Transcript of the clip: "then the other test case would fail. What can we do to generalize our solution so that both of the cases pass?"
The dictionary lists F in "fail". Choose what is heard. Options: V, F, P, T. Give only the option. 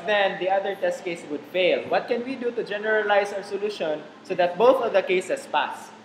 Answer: F